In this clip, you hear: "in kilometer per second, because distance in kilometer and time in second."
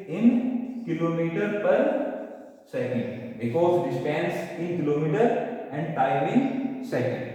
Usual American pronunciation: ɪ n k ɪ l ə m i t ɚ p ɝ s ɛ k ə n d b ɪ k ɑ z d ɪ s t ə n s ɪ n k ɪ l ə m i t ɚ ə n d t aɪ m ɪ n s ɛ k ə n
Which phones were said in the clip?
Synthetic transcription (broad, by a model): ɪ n k ɪ l ə m i t ɚ p ɝ s ɛ k ə n d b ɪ k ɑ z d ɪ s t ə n s ɪ n k ɪ l ə m i t ɚ ə n d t aɪ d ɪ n s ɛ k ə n